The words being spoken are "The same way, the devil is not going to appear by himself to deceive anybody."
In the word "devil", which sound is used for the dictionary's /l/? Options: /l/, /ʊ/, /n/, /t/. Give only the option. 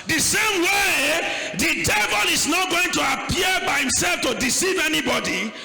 /l/